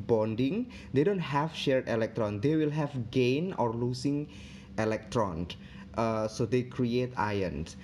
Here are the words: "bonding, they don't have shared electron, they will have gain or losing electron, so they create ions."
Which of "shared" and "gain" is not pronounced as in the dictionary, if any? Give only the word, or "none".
none